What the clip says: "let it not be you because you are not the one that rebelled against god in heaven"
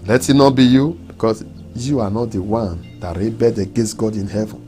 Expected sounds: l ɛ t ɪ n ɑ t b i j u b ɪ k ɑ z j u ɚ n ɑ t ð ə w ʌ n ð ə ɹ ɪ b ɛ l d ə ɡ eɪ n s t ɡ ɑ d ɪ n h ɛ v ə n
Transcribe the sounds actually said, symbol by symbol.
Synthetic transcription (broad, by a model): l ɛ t ɪ n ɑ b i j u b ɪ k ɑ s j u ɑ n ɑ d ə w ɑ n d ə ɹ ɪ b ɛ d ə ɡ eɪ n s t ɡ ɑ d ɪ n h ɛ v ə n